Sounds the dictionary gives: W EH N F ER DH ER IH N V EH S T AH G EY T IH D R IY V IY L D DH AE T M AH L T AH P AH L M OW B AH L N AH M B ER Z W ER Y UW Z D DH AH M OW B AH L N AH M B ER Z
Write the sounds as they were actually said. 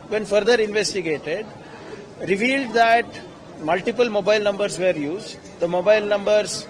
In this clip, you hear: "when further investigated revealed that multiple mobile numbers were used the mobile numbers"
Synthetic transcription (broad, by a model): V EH N F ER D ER IH N V EH S T AH G EY T IH D R IY V IY L D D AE T M AH L T AH P AH L M OW B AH L N AH M B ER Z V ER Y UW Z D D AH M OW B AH L N AH M B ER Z